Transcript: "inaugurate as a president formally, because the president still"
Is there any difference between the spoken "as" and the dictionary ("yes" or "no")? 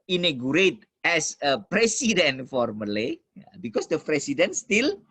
yes